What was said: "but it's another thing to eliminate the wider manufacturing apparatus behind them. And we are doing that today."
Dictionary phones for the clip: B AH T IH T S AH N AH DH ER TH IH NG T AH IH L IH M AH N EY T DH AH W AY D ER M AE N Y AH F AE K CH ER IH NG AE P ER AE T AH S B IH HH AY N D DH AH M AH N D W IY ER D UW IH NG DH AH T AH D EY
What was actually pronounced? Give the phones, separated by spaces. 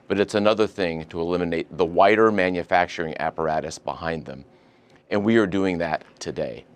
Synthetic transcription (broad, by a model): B AH T IH T S AH N AH DH ER TH IH NG T AH IH L IH M AH N EY T DH AH W AY D ER M AE N Y AH F AE K CH ER IH NG AE P ER AE T AH S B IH HH AY N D DH AH M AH N W IY ER D UW IH NG DH AH T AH D EY